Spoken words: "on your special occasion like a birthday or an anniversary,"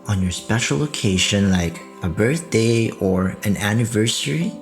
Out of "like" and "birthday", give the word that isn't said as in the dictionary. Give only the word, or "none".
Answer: none